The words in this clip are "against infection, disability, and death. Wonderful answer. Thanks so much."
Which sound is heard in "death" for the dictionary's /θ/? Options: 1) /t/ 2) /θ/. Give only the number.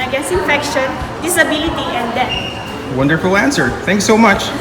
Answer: 1